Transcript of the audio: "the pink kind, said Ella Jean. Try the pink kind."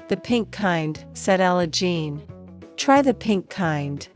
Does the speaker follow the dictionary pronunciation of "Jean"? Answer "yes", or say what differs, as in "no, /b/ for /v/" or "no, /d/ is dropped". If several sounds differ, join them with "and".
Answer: yes